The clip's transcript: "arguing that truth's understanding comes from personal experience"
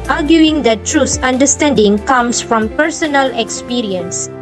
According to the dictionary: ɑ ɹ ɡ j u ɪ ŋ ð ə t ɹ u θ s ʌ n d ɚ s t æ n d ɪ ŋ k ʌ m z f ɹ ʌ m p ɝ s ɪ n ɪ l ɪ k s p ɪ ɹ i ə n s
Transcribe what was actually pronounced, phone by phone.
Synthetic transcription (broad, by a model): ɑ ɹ ɡ j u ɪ ŋ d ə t ɹ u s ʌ n d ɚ s t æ n d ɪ ŋ k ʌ m s f ɹ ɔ m p ɝ s ɪ n ɪ l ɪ k s p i ɹ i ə n s